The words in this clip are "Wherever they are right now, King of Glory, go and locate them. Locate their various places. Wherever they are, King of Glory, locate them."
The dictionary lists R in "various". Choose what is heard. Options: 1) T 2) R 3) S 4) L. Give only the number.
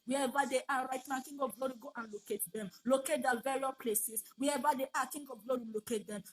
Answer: 4